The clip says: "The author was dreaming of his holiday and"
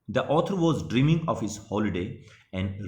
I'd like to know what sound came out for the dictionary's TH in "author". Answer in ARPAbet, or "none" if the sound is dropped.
T